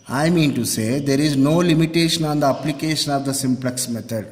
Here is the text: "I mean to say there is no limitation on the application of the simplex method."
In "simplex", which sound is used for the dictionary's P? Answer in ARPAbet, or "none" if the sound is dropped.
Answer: P